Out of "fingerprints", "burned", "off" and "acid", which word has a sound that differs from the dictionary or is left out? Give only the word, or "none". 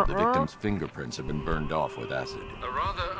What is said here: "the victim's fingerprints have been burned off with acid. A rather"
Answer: none